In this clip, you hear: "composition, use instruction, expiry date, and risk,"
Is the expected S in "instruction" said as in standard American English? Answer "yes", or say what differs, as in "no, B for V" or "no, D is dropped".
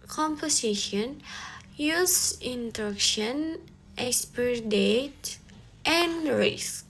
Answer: no, S is dropped